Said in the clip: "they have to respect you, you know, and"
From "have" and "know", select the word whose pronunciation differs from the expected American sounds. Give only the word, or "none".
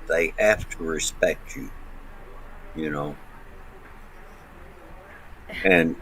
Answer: have